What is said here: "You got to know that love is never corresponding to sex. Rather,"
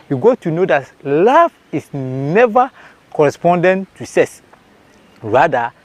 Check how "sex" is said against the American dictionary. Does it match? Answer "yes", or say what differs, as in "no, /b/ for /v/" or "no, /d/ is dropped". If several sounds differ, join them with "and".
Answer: no, /k/ is dropped